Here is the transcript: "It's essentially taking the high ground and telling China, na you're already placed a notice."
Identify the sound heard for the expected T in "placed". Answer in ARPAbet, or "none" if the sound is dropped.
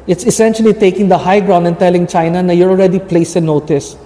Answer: none